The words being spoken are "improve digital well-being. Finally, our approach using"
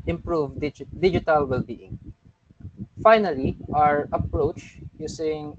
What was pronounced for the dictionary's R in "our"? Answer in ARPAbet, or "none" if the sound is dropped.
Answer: R